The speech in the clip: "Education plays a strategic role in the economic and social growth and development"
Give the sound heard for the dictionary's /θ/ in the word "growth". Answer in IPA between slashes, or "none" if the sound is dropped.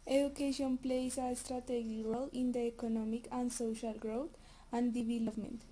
/t/